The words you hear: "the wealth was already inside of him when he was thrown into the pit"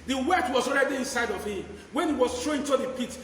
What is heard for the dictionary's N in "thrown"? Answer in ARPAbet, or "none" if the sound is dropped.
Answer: none